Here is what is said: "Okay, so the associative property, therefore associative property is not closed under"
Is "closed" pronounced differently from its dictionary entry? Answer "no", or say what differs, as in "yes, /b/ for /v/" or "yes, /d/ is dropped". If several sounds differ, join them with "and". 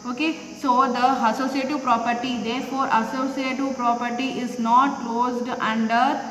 no